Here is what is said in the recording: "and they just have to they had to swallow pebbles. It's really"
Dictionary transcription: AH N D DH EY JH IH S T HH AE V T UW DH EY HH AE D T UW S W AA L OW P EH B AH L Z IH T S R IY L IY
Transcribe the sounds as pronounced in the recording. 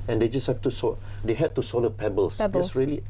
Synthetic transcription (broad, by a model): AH N D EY JH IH S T HH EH F T UW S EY HH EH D T UW S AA L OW P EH B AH L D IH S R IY L IY